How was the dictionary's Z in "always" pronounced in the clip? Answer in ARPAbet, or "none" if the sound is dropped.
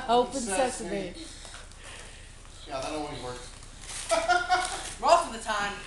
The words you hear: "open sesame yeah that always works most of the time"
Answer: none